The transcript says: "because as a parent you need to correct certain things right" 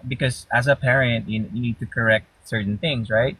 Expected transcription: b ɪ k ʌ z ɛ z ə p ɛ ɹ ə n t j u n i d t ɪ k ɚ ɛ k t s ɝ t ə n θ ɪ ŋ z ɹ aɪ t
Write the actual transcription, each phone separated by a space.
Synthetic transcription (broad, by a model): b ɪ k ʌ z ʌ z ə p ɛ ɹ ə n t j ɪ n i d t ɪ k ɚ ɛ k t s ɝ t n θ ɪ ŋ z ɹ aɪ t